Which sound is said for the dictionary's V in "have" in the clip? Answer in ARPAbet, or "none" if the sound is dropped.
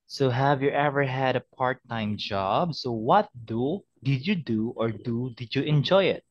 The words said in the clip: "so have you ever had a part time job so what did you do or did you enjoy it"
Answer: V